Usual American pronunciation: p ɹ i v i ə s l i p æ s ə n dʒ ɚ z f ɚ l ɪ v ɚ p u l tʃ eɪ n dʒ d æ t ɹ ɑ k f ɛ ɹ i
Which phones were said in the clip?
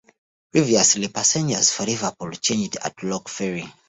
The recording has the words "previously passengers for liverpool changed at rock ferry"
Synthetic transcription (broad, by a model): p ɹ i v i ə s l i p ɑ s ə n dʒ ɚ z f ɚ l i v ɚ p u l tʃ eɪ n dʒ d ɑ t l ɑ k f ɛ ɹ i